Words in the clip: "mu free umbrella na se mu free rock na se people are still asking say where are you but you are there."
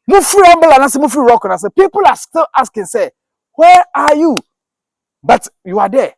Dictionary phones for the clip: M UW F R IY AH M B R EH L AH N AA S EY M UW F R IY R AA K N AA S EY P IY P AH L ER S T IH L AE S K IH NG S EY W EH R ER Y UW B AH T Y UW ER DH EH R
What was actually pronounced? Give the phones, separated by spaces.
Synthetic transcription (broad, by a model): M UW F R IY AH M B EH L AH N AA S EY M UW F R IY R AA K N AA S EY P IY P AH L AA S T IH L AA S K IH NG S EY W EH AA Y UW B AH T Y UW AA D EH